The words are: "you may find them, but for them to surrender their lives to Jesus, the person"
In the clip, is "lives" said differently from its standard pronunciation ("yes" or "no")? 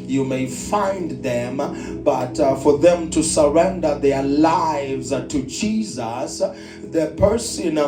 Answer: no